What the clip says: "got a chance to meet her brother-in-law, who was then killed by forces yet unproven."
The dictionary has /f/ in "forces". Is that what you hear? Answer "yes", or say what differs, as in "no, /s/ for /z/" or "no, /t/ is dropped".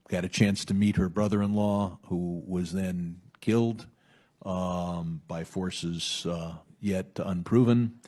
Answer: yes